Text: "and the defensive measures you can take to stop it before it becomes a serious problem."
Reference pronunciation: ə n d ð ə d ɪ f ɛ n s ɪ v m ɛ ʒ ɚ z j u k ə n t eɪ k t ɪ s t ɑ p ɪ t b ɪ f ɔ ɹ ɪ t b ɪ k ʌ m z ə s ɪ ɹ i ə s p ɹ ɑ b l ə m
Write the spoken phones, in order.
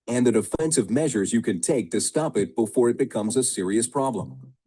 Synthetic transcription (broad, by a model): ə n ð ə d ɪ f ɛ n s ɪ v m ɛ ʒ ɚ z j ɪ k ə n t eɪ k t ɪ s t ɑ p ɪ t b ɪ f ɔ ɹ ɪ t b ɪ k ʌ m z ə s ɪ ɹ i ə s p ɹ ɑ b l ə m